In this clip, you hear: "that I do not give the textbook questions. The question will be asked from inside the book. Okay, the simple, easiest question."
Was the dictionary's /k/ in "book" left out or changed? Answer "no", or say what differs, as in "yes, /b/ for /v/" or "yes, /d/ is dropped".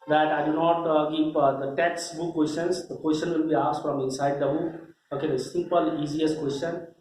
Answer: yes, /k/ is dropped